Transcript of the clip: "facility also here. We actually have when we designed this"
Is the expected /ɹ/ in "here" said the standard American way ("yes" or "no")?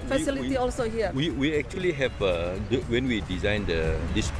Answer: no